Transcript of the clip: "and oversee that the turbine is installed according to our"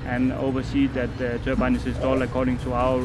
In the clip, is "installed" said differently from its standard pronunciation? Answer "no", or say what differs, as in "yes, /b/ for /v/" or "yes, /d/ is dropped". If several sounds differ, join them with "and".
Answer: yes, /n/ is dropped and /d/ is dropped